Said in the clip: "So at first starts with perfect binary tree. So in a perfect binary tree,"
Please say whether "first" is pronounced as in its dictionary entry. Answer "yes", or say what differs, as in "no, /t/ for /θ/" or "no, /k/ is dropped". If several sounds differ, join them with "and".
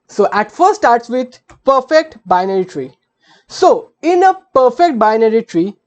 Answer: no, /s/ is dropped